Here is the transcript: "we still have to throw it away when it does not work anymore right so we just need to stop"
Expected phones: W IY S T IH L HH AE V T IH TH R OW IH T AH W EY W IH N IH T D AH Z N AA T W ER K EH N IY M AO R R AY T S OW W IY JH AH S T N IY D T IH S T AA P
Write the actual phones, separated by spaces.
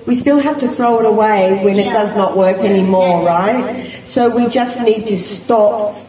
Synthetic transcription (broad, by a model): W IY S T IH L HH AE F T IH TH R OW IH T AH W EY W IH N IH T D AH Z N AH T W ER K EH N IY M AO R R AY T S OW W IY JH AH S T N IY D T IH S T AA P